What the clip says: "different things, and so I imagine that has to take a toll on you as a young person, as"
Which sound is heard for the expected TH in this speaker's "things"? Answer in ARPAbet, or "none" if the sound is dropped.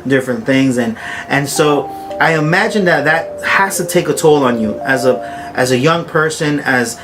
TH